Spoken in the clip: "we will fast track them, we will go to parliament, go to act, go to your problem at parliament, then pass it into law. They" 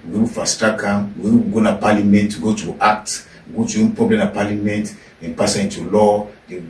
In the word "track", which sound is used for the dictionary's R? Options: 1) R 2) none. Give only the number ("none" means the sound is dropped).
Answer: 2